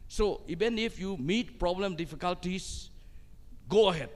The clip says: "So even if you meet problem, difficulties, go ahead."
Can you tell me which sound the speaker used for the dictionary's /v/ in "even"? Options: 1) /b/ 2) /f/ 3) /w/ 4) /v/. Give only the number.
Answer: 1